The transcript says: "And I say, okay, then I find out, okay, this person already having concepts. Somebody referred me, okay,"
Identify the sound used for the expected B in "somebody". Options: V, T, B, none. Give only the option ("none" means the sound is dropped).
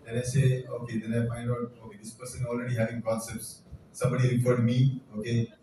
B